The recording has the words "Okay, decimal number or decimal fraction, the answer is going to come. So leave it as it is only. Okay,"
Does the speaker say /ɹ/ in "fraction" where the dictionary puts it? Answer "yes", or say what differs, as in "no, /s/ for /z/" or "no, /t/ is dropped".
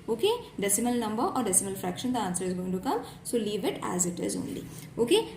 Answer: yes